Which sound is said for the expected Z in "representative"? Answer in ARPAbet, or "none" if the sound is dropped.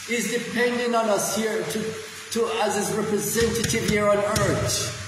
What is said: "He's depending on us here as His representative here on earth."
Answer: Z